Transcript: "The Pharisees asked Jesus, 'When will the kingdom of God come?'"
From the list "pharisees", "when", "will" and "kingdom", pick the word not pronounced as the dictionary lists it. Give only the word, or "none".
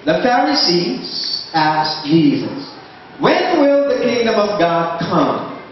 none